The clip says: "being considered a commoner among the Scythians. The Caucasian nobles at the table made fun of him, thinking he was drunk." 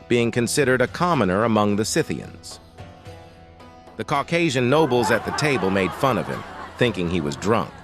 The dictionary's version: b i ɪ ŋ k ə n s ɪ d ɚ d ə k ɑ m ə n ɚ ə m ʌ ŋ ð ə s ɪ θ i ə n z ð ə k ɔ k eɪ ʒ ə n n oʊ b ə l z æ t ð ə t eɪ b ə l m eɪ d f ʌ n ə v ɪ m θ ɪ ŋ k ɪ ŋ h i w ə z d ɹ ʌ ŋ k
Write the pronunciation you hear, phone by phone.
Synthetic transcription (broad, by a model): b i ɪ ŋ k ə n s ɪ d ɚ d ə k ɑ m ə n ɚ ə m ʌ ŋ ð ə s ɪ θ i ə n z ð ə k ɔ k eɪ ʒ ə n n oʊ b l z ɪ t ð ə t eɪ b ə l m eɪ d f ʌ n ə v ɪ m θ ɪ ŋ k ɪ ŋ i w ə z d ɹ ʌ ŋ k